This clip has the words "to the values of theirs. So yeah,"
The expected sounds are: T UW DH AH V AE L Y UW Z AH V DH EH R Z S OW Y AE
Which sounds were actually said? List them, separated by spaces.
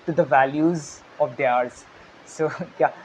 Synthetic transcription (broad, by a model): T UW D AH V AE L Y UW Z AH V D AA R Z S OW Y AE